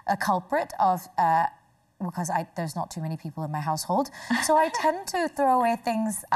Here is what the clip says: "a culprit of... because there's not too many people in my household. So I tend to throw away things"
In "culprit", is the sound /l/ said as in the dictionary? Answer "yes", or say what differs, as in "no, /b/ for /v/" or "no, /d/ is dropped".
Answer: yes